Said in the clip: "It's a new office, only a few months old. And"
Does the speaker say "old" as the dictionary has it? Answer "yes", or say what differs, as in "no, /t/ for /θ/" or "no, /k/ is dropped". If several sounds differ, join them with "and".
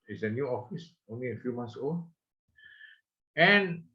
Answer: no, /d/ is dropped